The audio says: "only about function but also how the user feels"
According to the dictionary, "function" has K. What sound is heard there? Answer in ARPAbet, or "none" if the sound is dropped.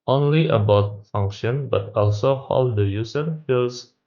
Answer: K